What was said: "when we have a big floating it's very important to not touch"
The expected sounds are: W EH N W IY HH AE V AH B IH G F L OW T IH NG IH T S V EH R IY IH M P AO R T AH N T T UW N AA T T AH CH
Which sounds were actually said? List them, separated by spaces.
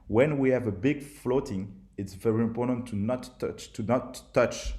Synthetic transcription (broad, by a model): W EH N W IY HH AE V AH B IH G F L OW T IH NG IH T S V EH R IY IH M P AO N T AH N T T UW N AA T T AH CH